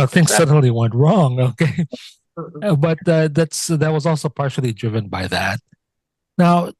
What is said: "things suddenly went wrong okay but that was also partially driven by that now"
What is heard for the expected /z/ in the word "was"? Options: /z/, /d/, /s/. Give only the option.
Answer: /z/